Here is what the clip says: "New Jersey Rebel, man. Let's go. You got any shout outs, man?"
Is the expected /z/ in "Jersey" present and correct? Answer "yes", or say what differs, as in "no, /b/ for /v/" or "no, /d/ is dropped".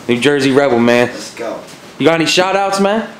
yes